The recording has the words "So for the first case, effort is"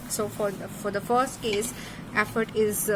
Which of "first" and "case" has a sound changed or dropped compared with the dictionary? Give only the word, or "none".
none